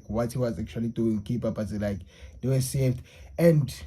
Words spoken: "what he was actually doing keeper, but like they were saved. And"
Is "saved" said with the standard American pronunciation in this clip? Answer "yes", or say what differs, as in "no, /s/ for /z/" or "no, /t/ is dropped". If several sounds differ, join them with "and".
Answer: no, /f/ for /v/